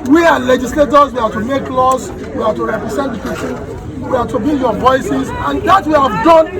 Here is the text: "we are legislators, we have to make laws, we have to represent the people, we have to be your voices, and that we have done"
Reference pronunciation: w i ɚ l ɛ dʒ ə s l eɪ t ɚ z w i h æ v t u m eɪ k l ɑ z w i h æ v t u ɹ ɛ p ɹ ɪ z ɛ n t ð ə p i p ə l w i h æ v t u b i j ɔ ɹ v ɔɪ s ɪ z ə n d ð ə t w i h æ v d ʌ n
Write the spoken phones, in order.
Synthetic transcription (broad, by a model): w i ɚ l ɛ dʒ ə s l eɪ t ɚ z w i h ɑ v t u m eɪ k l ɑ s w i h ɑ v t u ɹ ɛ p ɹ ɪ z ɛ n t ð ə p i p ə n w i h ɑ t u b i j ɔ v ɔɪ s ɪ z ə n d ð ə t w i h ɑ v d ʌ n